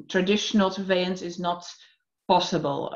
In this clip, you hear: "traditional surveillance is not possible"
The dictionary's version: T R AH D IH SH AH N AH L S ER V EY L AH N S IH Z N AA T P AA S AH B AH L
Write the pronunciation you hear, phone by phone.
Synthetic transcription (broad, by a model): T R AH D IH SH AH N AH L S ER V EY AH N S IH Z N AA T P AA S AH B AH L